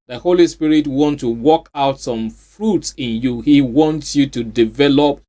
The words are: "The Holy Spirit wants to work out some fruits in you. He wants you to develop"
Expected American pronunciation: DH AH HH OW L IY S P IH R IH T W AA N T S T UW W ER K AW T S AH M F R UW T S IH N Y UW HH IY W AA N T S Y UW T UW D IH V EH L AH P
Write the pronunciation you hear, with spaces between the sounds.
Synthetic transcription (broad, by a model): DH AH HH OW L IY S P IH R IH T W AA N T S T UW W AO K AW T S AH M F R UW T S IH N Y UW HH IY W AA N T S Y UW T UW D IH V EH L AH P